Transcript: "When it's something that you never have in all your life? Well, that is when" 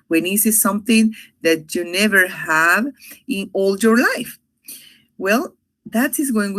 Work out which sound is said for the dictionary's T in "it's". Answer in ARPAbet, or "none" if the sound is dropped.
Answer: S